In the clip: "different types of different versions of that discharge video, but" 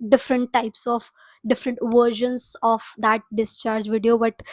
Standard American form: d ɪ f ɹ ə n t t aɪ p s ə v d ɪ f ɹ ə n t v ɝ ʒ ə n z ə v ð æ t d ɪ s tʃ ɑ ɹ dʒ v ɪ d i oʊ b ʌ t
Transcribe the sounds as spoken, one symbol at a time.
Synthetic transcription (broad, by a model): d ɪ f ɹ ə n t t aɪ p s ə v d ɪ f ɹ ə n t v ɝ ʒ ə n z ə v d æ t d ɪ s tʃ ɑ ɹ dʒ v ɪ d i oʊ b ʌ t